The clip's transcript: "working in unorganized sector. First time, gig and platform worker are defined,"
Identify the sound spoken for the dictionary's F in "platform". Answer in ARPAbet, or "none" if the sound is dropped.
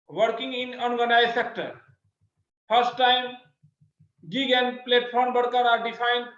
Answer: P